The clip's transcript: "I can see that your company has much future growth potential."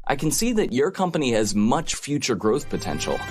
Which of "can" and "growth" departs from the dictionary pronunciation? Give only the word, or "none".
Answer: none